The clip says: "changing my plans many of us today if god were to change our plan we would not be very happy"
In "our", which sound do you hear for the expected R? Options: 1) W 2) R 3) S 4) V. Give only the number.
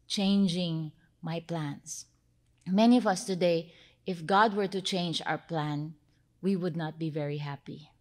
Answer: 2